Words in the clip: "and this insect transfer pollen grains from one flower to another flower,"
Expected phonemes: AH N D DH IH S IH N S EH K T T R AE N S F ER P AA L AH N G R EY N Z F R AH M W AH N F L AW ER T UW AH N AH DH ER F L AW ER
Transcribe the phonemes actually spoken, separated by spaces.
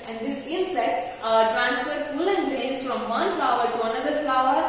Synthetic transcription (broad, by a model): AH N D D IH S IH N S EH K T T R AE N S F ER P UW L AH N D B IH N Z F R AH M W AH N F L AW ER T UW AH N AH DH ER F L AW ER